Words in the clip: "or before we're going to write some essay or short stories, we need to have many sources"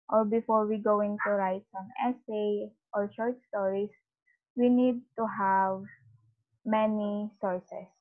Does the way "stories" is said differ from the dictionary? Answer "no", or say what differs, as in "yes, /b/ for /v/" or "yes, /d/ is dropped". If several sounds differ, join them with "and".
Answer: yes, /s/ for /z/